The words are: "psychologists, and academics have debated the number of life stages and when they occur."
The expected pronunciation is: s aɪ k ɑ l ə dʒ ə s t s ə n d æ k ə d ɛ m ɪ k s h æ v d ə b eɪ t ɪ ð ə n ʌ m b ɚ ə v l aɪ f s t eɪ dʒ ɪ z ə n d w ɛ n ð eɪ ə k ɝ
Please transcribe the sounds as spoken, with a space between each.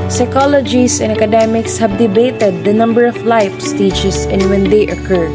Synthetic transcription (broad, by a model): s aɪ k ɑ l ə dʒ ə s s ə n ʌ k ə d ɛ m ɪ k s h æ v d ə b eɪ t ɪ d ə n ʌ m b ɚ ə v l aɪ f s t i tʃ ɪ s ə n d w ɛ n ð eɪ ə k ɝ